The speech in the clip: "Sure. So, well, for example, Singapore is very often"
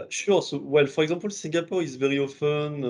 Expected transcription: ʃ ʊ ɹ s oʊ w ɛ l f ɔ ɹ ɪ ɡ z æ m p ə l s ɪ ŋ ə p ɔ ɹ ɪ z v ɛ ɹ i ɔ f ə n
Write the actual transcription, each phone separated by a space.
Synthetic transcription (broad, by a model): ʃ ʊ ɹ s oʊ w ɛ l f ɔ ɹ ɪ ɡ z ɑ p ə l s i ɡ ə p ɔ ɹ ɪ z v ɛ ɹ i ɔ f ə n